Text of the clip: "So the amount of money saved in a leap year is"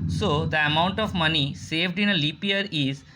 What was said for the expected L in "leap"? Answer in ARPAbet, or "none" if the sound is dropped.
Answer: L